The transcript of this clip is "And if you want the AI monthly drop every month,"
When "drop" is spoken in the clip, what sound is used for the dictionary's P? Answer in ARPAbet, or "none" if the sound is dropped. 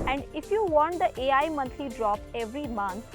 P